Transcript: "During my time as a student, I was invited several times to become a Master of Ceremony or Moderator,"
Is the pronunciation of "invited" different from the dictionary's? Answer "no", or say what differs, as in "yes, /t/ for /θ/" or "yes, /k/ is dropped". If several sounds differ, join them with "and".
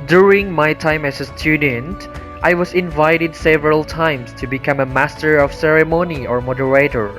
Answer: no